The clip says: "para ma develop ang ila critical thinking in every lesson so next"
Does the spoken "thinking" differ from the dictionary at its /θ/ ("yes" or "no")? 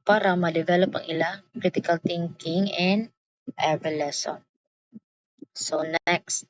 yes